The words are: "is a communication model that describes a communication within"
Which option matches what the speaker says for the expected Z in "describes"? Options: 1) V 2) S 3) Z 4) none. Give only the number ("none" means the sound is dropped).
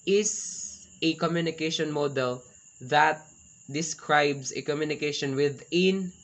2